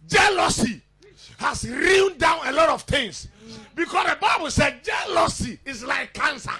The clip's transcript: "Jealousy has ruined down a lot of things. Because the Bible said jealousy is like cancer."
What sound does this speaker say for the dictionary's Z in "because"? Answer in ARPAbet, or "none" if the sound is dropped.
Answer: S